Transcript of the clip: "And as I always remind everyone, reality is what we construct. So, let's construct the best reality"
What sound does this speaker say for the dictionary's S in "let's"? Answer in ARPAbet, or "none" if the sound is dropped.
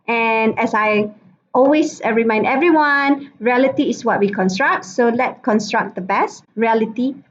none